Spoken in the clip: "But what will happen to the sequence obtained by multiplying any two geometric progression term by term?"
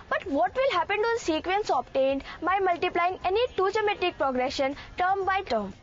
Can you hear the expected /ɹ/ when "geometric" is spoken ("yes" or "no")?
no